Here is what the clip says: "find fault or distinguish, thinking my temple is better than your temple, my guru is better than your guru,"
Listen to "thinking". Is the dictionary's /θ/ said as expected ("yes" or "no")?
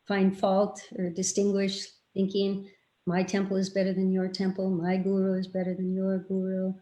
yes